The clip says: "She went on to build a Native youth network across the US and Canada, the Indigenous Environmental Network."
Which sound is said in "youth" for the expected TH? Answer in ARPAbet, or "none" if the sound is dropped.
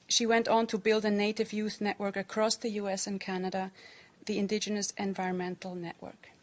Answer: TH